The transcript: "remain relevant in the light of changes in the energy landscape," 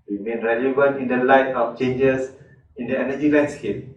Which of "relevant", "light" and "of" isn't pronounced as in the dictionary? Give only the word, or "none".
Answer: of